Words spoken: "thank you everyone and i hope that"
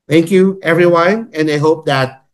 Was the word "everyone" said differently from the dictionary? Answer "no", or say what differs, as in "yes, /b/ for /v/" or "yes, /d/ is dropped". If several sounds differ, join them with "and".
no